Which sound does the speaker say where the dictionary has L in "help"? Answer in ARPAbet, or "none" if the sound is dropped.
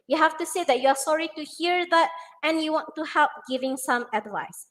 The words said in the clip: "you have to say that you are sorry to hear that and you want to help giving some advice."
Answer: L